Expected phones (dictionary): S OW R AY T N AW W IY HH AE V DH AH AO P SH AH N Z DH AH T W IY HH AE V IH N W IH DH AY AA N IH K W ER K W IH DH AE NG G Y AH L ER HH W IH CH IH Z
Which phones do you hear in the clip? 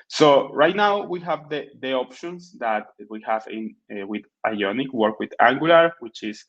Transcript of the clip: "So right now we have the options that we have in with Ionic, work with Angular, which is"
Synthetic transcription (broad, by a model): S OW R AY T N AW W IY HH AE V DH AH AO P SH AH N S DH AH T W IY HH AE V IH N W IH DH AY AA N IH K W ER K W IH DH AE NG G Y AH L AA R W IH CH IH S